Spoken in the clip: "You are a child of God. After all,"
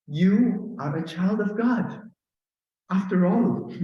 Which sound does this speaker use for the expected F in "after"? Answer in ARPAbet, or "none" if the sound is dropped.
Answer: F